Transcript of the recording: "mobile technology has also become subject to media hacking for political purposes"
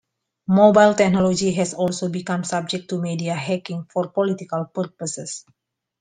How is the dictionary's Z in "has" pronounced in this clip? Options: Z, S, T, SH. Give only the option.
S